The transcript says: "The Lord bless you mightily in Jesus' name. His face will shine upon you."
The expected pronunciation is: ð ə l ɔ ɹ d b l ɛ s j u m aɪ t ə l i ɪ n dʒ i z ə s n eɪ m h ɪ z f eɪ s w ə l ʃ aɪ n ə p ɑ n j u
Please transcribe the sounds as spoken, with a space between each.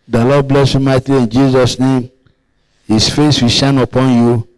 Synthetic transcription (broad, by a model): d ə l ɔ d b l ɛ s j u m aɪ t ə i n dʒ i z ə s n eɪ m h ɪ s f eɪ s w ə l ʃ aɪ n ə p ɑ n j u